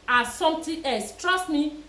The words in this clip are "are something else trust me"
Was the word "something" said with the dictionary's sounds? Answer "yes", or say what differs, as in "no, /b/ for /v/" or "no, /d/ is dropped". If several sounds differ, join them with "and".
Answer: no, /t/ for /θ/